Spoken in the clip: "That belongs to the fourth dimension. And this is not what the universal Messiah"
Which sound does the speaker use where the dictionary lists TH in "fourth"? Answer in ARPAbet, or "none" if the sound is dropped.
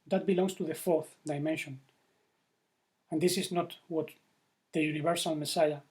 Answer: TH